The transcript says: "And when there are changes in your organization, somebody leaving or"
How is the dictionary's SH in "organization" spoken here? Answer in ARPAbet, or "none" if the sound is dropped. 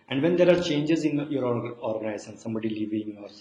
S